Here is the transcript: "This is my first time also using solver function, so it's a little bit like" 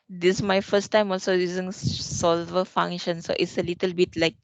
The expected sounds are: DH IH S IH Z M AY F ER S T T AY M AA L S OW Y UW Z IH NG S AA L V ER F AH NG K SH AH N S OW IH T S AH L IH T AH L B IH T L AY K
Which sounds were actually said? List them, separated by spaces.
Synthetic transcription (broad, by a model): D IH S M AY F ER S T T AY M AA L S OW Y UW Z IH NG S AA L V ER F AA NG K SH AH N S OW IH T S AH L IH T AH L B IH T L AY K